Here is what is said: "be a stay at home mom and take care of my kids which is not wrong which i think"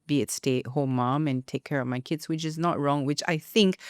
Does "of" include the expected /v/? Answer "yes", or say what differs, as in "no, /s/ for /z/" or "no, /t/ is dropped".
yes